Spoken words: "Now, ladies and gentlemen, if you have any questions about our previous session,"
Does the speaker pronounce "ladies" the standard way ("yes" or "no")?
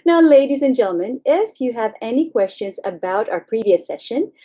yes